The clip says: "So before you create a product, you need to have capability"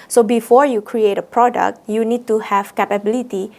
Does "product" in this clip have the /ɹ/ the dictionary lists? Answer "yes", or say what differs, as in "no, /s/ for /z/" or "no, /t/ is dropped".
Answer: yes